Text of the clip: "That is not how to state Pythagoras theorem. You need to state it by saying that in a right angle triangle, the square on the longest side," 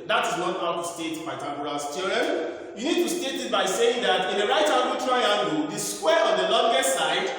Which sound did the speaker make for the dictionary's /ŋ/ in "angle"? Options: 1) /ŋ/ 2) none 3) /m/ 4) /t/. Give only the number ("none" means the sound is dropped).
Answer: 2